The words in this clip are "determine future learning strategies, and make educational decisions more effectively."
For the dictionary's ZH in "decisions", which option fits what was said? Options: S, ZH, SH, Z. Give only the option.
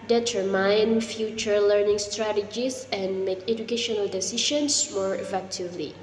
SH